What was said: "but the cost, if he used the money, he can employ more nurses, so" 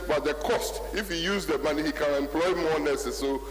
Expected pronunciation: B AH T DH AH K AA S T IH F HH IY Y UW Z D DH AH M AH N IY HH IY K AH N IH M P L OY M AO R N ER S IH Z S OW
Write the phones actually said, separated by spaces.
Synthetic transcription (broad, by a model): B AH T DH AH K AA S T IH F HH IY Y UW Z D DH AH M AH N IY HH IY K AH N IH M P L OY M AO N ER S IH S OW